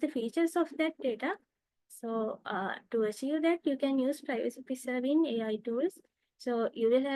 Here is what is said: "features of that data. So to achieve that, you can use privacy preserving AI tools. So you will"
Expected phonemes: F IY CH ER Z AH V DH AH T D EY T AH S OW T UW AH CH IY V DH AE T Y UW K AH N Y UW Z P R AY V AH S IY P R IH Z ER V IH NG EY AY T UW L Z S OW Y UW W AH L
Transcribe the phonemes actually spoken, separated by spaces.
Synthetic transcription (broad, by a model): F IY CH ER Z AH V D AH T D EY T AH S OW T UW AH SH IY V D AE T Y UW K AH N Y UW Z P R AY V AH S IY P IH S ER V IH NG EY AY T UW L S S OW Y UW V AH L